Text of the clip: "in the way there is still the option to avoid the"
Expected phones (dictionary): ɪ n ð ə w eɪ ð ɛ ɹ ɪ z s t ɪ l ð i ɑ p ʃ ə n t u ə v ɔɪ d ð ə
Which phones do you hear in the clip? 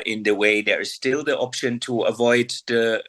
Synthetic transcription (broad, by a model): ɪ n ð ə w eɪ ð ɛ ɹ ɪ z s t ɪ l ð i ɑ p ʃ ə n t u ə v ɔɪ d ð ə